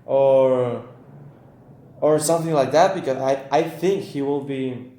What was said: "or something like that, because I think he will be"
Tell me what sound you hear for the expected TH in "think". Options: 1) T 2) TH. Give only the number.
2